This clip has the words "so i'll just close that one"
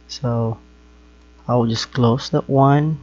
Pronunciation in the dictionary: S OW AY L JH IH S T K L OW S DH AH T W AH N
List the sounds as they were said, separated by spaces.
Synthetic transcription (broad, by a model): S OW AY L JH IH S K L OW S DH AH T W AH N